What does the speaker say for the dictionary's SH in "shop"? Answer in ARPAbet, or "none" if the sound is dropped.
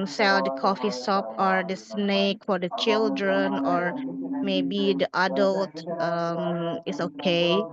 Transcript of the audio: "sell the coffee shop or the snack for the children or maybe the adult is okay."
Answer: S